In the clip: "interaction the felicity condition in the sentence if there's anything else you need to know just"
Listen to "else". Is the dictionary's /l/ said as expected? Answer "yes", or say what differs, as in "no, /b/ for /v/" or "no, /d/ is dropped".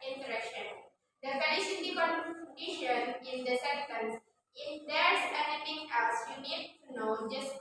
no, /l/ is dropped